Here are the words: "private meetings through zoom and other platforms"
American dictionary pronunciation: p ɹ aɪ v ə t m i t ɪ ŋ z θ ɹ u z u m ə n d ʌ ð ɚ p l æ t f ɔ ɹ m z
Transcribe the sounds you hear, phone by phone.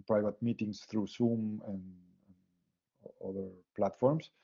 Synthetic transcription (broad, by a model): p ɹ aɪ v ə t m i t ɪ ŋ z θ ɹ u s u m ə n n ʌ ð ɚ p l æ t f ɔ ɹ m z